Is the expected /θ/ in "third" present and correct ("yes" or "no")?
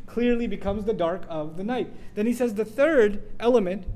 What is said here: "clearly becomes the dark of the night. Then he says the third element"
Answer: yes